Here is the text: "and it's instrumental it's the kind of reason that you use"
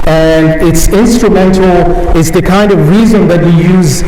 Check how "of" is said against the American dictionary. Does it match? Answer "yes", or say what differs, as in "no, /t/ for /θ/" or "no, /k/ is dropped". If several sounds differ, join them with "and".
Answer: yes